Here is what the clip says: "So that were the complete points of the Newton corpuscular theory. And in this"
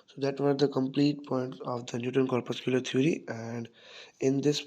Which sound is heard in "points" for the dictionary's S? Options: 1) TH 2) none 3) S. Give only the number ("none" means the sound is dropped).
2